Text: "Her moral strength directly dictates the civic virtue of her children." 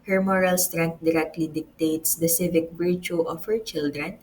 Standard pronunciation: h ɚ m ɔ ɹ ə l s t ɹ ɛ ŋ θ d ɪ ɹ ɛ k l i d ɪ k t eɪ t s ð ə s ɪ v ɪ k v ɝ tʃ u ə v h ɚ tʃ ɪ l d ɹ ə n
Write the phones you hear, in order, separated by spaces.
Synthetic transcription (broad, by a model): h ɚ m ɔ ɹ ə l s t ɹ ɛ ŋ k d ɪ ɹ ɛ k l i d ɪ k t eɪ t s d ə s ɪ v ɪ k b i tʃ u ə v h ɚ tʃ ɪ l d ɹ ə n